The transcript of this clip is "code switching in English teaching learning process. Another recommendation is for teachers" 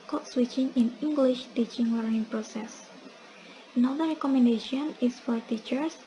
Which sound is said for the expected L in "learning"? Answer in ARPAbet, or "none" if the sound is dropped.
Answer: W